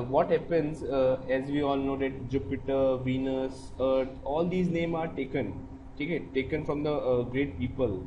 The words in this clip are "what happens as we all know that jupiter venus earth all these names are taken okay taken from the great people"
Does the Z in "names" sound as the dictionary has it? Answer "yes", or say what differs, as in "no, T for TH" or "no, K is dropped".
no, Z is dropped